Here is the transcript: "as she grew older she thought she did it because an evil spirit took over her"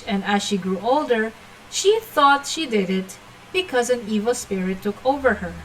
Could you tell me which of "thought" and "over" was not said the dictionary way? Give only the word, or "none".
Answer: none